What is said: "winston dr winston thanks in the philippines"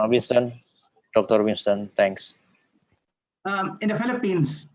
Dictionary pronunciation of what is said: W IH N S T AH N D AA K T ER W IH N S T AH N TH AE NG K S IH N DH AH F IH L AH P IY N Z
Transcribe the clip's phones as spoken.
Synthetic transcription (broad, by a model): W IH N S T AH N D AA K T ER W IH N S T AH N T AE NG K S IH N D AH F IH L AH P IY N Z